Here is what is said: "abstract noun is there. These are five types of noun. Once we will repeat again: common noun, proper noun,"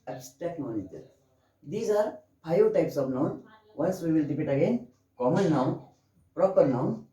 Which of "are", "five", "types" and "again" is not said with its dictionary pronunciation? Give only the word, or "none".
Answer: five